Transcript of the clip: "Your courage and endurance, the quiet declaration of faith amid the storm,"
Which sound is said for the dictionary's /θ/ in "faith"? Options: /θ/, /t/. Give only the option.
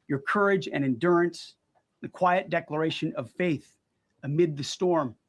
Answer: /θ/